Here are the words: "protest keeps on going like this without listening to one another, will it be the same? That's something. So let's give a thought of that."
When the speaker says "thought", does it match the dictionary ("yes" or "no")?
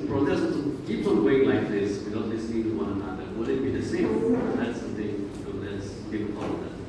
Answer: no